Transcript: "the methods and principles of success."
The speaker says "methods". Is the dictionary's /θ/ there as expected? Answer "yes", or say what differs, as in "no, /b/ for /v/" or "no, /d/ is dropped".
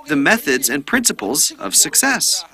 yes